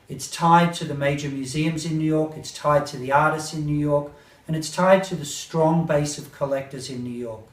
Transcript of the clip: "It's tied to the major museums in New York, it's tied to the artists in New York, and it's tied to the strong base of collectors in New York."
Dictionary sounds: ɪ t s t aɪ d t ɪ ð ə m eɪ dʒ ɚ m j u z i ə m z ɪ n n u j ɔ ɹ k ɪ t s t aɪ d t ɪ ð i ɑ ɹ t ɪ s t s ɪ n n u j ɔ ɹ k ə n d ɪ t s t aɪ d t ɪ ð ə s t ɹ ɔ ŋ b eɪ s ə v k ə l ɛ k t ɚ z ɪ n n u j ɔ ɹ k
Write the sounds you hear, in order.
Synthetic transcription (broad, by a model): ɪ t s t aɪ d t ɪ ð ə m eɪ dʒ ɚ m j u z i ə m z ɪ n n u j ɔ ɹ k ɪ t s t aɪ d t ɪ ð i ɑ ɹ t ɪ s t s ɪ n n u j ɔ ɹ k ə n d ɪ t s t aɪ d t ɪ ð ə s t ɹ ɔ ŋ b eɪ s ə v k ə l ɛ k t ɚ z ɪ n n u j ɔ ɹ k